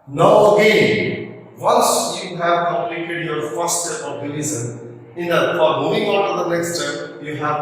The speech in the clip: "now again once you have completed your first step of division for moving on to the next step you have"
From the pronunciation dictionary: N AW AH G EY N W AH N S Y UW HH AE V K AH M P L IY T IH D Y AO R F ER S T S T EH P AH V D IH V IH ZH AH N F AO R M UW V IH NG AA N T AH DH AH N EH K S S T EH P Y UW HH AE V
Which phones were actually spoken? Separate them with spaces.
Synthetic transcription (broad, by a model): N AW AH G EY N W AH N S Y UW HH AE V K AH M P L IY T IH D Y AO R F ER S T S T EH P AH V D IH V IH Z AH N F AO R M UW IH NG AA N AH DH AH N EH K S S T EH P Y UW HH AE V